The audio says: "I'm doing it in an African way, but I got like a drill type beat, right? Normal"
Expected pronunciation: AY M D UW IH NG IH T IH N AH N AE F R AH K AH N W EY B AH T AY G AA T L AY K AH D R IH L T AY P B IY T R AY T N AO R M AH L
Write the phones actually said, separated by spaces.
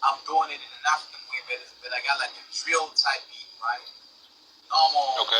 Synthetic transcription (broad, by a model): AY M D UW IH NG IH T IH N AH N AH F AH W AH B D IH B AH T AY G AA T L AY K AH R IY L T AY P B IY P R AY T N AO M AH